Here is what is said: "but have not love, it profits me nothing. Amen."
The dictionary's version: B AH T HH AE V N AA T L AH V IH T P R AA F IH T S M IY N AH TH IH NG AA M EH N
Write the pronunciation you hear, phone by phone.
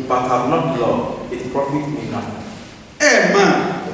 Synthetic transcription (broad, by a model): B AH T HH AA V N AA T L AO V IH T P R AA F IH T M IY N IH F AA M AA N